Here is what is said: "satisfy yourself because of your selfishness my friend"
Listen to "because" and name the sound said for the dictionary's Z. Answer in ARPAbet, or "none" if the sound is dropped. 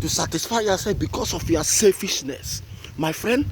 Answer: S